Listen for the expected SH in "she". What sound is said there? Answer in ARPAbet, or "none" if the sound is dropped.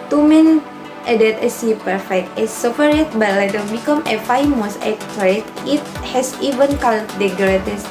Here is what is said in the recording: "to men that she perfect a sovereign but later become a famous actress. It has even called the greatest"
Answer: S